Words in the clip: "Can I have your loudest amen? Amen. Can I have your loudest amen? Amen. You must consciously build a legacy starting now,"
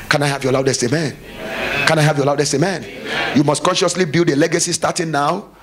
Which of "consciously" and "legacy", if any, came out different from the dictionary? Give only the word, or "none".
none